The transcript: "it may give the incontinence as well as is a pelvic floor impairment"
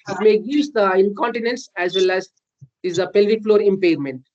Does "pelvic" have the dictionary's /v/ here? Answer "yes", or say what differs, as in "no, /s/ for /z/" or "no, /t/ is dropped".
yes